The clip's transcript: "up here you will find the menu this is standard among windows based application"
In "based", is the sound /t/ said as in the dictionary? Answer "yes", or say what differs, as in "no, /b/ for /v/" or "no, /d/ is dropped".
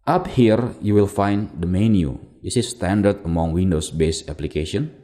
no, /t/ is dropped